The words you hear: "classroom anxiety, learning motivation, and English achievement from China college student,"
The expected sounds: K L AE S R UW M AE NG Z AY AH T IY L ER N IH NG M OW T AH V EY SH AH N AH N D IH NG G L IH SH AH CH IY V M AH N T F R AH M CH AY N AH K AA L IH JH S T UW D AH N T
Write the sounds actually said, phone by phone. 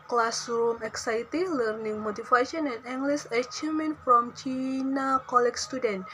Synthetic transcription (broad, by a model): K L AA S R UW M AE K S AY T IY L ER N IH NG M OW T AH F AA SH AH N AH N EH NG G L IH S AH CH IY M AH N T F R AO M CH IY N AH K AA L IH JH S T UW D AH N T